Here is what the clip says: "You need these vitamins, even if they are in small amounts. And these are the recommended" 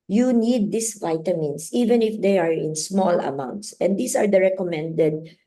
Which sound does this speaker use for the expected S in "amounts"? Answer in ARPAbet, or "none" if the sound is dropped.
S